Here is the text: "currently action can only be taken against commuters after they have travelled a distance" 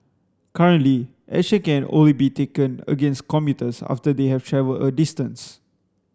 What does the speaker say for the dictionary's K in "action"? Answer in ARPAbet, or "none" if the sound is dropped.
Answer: none